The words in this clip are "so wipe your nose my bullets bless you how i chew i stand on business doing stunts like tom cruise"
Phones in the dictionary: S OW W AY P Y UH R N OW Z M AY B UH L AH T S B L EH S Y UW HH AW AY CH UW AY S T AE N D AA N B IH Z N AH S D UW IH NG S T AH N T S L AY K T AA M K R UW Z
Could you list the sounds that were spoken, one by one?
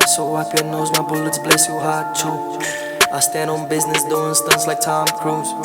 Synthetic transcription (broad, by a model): S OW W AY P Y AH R N OW Z M AY B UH L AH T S B L EH S Y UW HH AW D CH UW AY S T AE N D AA N B IH Z N AH S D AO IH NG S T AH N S L AY K T AA M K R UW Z